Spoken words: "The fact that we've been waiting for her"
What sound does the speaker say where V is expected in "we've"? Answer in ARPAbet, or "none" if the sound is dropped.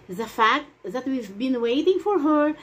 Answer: V